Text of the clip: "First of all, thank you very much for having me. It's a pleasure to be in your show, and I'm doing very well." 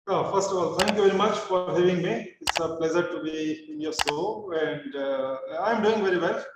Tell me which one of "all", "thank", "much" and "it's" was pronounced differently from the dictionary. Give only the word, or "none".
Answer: thank